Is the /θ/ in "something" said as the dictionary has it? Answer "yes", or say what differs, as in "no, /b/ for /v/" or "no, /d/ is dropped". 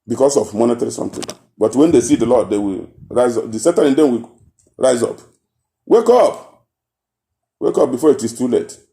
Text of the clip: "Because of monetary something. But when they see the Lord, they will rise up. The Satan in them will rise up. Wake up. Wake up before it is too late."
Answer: no, /t/ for /θ/